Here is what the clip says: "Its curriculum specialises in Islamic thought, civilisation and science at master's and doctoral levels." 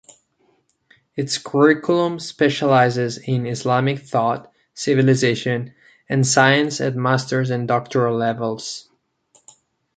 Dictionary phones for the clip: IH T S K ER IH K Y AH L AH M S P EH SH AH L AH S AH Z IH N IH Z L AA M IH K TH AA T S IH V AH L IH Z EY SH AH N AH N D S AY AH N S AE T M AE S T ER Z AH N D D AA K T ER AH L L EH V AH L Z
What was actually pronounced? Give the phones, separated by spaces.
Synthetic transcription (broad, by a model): IH T S K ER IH K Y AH L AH M S P EH SH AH L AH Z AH Z IH N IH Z L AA M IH K TH AA T S IH V AH L IH Z EY SH AH N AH N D S AY AH N S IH T M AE S T ER Z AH N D D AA K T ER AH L L EH V AH L Z